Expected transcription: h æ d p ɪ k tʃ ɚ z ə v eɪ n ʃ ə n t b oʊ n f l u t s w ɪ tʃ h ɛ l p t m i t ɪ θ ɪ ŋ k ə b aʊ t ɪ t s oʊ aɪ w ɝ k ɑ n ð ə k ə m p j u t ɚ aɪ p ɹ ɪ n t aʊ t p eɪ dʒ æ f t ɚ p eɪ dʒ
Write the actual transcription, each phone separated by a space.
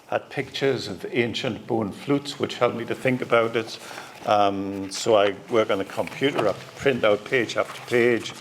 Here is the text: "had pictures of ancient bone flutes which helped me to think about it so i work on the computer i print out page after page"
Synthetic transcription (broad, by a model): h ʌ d p ɪ k tʃ ɚ z ə v eɪ n ʃ ə n t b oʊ n f l u t s w ɪ tʃ h ɛ l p m i t ɪ θ ɪ ŋ k ə b aʊ t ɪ t s oʊ aɪ w ɝ k n ð ə k ə m p j u t ɚ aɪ p ɹ ɪ n t aʊ t p eɪ dʒ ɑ f t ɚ p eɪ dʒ